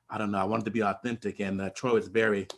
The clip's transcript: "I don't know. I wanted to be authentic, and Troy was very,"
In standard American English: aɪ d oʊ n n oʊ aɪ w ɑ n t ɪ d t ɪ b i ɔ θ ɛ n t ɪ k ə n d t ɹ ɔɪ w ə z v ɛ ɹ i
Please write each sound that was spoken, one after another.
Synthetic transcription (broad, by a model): aɪ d oʊ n n oʊ aɪ w ɑ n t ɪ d t ɪ b i ɔ θ ɛ n t ɪ k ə n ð t ɹ ɔɪ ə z v ɛ ɹ i